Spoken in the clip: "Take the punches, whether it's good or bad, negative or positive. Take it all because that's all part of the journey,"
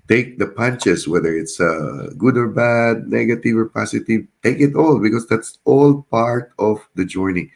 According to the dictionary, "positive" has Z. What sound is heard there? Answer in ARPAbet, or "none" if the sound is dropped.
S